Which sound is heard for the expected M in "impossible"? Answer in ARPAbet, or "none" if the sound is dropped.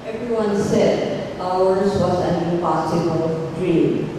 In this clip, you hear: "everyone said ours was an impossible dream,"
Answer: none